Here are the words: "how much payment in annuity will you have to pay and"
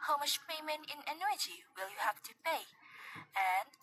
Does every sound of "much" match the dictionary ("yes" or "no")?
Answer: no